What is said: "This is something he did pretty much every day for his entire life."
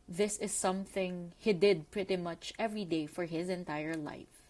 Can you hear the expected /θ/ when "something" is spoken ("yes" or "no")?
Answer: yes